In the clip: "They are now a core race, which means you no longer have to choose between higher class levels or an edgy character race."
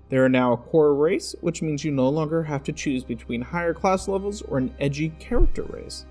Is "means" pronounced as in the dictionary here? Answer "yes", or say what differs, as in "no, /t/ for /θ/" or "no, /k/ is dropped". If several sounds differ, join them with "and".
yes